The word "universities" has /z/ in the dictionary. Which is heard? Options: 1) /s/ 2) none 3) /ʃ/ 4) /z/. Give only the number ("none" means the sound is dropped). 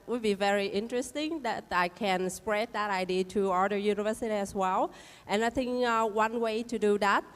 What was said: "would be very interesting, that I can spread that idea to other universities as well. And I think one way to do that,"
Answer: 2